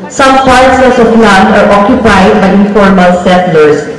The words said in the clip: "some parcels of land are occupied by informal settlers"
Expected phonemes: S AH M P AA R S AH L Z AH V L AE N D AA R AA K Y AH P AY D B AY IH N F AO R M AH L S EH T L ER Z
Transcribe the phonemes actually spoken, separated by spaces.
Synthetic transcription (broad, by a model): S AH M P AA R S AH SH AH P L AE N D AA R AA K Y AH P AY D B AY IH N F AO R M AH L S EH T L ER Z